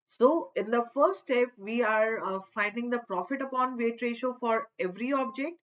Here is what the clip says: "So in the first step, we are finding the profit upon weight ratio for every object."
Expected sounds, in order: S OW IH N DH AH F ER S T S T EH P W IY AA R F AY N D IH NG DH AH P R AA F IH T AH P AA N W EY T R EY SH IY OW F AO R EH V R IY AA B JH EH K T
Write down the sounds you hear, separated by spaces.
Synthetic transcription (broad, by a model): S OW IH N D AH F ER T S T EH P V IY AA R F AY N D IH NG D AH P R AA F IH T AH P AA N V EY T R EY SH OW F AO R EH V R IY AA B JH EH K T